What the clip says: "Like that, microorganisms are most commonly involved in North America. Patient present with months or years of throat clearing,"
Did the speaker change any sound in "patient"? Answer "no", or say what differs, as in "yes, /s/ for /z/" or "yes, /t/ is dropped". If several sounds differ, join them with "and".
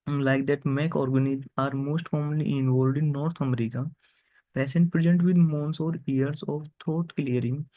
yes, /s/ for /ʃ/